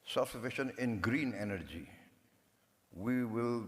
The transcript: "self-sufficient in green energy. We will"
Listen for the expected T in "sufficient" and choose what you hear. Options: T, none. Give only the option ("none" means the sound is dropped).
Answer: none